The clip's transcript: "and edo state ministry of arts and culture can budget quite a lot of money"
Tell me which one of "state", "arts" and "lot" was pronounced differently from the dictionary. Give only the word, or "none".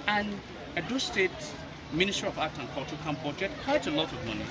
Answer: arts